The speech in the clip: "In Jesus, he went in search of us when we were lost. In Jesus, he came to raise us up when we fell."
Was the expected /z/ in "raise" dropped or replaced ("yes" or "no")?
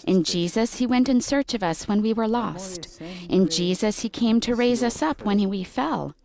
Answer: no